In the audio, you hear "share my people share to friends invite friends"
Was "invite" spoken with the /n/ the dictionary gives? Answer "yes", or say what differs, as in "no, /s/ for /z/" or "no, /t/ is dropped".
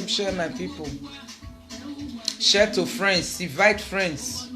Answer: no, /n/ is dropped